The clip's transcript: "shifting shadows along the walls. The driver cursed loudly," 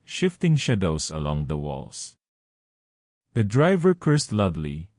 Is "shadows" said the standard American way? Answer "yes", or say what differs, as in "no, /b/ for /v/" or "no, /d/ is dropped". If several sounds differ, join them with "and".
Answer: no, /s/ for /z/